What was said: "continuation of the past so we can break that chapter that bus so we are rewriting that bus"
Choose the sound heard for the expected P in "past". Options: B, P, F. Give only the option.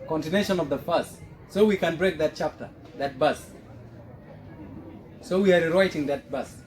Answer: F